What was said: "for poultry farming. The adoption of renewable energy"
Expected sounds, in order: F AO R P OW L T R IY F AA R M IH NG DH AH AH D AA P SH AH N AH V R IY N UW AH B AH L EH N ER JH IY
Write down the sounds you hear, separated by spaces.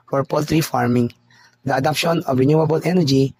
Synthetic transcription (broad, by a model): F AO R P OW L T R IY F AA R M IH NG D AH AH D AA P SH AH N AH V R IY N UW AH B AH L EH N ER JH IY